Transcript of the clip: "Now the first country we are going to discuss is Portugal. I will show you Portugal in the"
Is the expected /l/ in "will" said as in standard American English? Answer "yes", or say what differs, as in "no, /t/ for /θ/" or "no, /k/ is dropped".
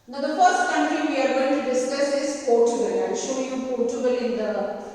no, /n/ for /l/